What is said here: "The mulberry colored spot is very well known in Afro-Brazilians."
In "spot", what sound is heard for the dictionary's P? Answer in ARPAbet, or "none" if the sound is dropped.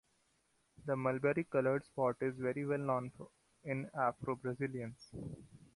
P